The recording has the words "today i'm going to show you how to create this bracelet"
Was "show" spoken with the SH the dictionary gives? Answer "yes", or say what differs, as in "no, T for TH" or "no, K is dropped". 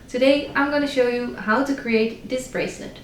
yes